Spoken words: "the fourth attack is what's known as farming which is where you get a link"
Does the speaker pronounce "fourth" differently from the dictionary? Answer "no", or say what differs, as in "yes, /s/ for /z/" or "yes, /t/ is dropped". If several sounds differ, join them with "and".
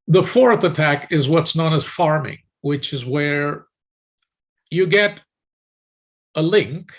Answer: no